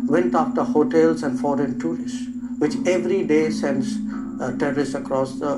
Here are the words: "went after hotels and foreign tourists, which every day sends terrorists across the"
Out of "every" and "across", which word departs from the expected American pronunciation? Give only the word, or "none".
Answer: none